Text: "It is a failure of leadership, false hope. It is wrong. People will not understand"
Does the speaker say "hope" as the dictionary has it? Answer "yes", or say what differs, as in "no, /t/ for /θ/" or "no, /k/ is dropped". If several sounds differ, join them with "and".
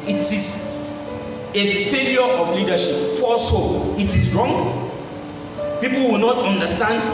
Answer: no, /p/ is dropped